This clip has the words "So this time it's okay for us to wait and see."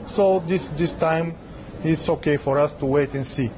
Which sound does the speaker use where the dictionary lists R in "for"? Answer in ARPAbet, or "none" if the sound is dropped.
R